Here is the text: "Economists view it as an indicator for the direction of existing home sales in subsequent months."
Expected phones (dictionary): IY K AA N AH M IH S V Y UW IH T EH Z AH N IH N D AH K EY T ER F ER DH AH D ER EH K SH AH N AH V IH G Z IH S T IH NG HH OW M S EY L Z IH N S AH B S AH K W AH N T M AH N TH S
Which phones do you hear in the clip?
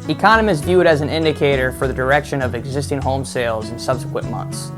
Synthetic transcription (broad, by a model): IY K AA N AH M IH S V Y UW T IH Z N IH N D AH K EY T ER F ER DH AH D ER EH K SH AH N AH V IH G Z IH S T IH NG HH OW M S EY L Z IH N S AH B S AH K W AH N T M AH N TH S